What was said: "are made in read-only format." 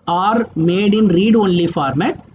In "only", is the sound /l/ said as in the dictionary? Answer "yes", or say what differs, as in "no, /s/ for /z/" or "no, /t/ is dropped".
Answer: yes